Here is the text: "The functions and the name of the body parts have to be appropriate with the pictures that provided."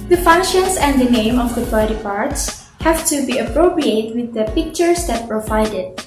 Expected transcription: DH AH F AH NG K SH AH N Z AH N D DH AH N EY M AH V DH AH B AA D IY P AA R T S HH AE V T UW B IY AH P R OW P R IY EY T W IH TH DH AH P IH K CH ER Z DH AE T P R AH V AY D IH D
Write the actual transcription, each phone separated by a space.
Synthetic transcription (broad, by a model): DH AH F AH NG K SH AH N S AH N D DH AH N EY M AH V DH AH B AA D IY P AA R T S HH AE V T UW B IY AH P R OW P R IY EY T W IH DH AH P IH K CH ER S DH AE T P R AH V AY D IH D